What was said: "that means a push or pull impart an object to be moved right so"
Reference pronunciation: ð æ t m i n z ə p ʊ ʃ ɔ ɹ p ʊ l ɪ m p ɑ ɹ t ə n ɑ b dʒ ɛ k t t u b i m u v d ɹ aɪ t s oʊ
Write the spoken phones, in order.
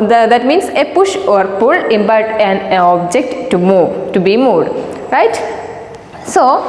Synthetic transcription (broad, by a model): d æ t m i n s ə p ʊ ʃ ɔ ɹ p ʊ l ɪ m b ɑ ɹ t ə n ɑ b dʒ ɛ k t t u b i m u d ɹ aɪ t s oʊ